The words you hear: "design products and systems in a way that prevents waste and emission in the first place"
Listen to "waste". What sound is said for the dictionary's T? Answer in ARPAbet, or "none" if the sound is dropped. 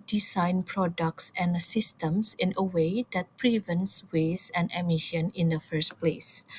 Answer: none